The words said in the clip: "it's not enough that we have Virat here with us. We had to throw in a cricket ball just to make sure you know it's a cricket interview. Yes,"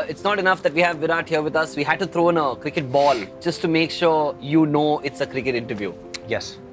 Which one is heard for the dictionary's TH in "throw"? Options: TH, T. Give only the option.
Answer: T